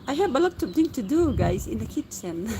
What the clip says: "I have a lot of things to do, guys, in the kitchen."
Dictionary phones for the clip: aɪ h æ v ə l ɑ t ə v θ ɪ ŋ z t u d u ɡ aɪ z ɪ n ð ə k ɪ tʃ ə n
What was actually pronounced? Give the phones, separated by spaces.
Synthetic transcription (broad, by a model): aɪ h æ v ə l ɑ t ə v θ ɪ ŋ t u d u ɡ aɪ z ɪ n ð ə k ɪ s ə n